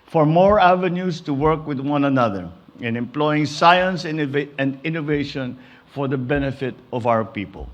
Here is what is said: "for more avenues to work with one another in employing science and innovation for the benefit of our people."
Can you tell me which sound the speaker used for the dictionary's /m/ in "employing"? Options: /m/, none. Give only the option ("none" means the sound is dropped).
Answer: /m/